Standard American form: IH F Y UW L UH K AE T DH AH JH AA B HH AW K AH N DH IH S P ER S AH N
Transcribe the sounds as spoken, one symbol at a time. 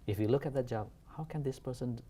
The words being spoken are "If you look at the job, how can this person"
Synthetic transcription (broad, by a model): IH F Y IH L UH K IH T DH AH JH AA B HH AW K AH N DH IH S P ER S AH N